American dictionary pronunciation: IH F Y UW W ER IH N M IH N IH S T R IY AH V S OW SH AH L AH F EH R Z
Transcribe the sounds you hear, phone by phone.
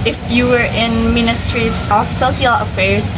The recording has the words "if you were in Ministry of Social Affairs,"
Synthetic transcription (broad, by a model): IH F Y UW W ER IH N M IH N IH S T R IY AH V S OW S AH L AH F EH R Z